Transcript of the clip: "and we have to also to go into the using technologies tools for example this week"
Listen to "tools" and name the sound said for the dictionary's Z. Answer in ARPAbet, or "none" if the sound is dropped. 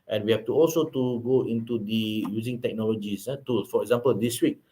none